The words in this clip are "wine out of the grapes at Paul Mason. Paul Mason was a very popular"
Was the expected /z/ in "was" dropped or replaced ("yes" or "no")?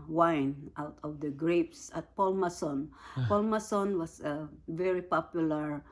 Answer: yes